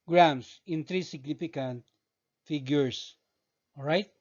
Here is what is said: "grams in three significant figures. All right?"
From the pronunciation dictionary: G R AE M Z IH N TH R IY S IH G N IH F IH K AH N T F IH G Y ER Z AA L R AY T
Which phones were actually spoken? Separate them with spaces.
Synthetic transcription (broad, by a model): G R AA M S IH N T R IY S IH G N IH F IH K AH N T F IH G Y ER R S R AY T